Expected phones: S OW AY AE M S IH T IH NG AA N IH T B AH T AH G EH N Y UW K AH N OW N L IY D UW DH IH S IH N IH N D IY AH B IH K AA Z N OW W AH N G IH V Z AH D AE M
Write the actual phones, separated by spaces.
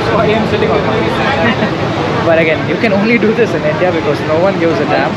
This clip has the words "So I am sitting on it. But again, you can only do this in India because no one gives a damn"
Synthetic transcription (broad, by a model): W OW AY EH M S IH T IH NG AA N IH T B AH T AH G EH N Y UW K AH N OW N L IY D UW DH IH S IH N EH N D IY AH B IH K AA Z N OW W AH N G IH Z AH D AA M